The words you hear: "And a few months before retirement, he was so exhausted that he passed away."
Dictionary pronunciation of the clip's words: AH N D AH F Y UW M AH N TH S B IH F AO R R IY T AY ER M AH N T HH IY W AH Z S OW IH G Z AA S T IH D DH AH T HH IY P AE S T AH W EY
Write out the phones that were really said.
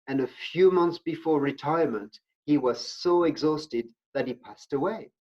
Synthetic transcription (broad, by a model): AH N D AH F Y UW M AH N TH S B IH F AO R R IY T AY ER M AH N T HH IY W AH Z S OW IH G Z AA S T IH D DH AH T HH IY P AE S T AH W EY